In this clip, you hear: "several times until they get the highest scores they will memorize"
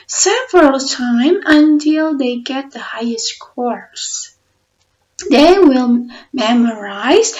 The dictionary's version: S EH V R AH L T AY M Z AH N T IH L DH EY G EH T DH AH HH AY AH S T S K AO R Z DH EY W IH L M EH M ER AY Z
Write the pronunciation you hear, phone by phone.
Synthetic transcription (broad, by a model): S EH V R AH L T AY M AH N T IH L DH EY G EH T DH AH HH AY AH S T K AO R S DH EY W IH L M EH M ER AY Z